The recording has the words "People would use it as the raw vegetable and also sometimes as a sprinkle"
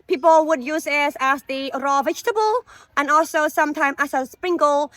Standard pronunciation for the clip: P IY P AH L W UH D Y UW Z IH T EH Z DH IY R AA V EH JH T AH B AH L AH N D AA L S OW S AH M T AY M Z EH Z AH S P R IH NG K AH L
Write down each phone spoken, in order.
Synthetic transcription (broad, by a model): P IY P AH L W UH D Y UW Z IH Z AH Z DH IY R AA V EH JH T AH B AH L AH N AA L S OW S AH M T AY M AH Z AH S P R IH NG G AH L